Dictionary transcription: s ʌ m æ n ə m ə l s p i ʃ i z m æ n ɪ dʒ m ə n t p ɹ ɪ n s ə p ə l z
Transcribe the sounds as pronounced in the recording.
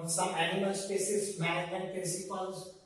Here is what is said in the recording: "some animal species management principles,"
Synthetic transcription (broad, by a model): s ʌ m æ n ə m ə l s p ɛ s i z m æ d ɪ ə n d p ɹ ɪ n s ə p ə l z